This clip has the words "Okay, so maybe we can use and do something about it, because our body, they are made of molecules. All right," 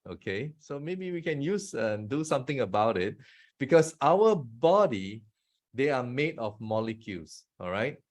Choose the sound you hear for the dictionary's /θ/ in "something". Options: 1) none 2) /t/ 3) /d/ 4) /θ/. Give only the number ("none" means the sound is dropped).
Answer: 2